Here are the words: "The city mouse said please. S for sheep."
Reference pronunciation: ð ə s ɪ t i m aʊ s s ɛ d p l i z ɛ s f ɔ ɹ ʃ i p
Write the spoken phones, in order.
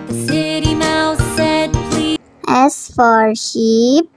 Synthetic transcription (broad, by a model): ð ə s ɪ t i m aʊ θ s ɛ d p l i ɛ s f ɔ ɹ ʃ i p